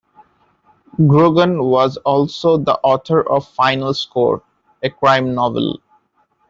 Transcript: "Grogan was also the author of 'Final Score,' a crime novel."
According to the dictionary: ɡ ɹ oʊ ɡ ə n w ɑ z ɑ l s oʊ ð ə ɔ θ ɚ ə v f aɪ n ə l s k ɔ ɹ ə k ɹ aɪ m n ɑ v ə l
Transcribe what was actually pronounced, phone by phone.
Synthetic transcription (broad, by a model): ɡ ɹ oʊ ɡ ə n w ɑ z ɑ l s oʊ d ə ɔ t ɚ ə v f aɪ n ə l s k ɔ ɹ ə k ɹ aɪ m n ɑ v ə l